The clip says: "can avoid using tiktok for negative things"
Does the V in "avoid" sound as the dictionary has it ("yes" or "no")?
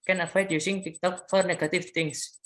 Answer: no